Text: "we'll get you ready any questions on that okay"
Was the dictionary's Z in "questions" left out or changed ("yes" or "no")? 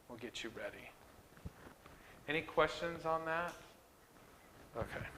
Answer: no